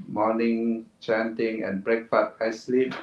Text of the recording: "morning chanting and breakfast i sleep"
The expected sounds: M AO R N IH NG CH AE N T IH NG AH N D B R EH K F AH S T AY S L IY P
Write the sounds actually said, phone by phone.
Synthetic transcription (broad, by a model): M AO N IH NG CH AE N T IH NG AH N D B R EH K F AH T AY S L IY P